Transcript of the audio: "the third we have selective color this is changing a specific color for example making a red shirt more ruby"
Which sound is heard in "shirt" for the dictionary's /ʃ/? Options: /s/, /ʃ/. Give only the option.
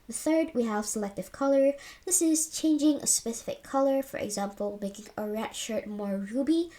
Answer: /ʃ/